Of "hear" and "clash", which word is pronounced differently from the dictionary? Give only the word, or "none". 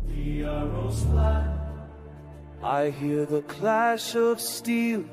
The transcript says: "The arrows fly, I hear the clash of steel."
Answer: none